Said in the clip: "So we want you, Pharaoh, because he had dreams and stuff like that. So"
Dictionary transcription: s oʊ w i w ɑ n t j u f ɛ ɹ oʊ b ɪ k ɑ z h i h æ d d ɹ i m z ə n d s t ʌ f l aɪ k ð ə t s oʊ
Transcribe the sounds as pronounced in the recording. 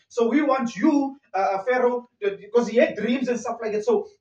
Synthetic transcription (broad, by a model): s oʊ w i w ɑ n t j u f ɛ ɹ oʊ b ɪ k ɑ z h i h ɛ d d ɹ i m z ə n d s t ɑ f l aɪ k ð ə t s oʊ